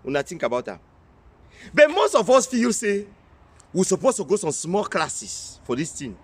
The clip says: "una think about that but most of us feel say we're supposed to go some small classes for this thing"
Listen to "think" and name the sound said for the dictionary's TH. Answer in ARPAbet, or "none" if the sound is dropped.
T